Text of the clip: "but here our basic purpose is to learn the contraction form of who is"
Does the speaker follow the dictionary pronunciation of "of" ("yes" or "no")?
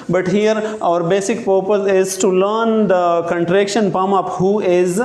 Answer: no